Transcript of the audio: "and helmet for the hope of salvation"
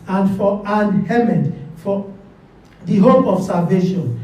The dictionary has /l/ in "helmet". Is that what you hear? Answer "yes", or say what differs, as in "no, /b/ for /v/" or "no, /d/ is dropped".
no, /l/ is dropped